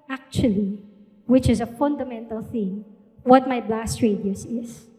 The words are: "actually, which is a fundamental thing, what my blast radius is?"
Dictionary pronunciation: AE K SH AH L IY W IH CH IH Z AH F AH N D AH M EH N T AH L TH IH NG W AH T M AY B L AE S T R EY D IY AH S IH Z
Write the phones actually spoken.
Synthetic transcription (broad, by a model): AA K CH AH L IY W IH CH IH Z AH F AH N D AH M EH N T AH L TH IH NG W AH T M AY B L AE S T R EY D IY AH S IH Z